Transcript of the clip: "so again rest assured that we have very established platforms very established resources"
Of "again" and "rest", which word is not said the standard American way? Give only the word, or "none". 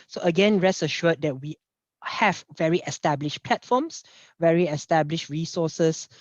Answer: rest